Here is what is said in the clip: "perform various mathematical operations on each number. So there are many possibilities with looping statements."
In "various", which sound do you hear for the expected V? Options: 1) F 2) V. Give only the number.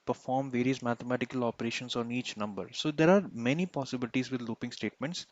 2